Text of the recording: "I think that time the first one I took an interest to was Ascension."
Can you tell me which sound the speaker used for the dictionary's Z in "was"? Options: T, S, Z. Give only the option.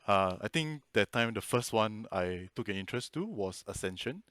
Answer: S